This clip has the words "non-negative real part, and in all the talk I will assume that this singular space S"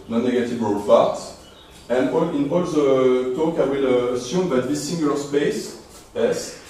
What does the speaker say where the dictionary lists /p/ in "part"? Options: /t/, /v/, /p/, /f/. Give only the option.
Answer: /f/